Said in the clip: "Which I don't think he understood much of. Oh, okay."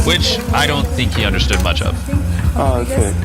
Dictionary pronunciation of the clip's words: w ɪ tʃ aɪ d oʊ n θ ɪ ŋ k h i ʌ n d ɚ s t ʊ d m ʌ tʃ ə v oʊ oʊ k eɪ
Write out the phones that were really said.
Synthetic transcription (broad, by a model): w ɪ tʃ aɪ d oʊ n θ ɪ ŋ k h i ʌ n d ɚ s t ʊ d m ʌ tʃ ə v oʊ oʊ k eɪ